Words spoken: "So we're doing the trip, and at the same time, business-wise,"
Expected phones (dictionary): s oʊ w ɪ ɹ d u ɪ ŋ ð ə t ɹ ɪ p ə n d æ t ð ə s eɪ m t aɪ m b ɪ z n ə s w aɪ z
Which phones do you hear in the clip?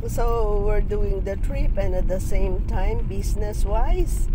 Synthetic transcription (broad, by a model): s oʊ w ɪ ɹ d u ɪ ŋ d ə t ɹ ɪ p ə n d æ t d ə s eɪ m t aɪ m b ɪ s n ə s w aɪ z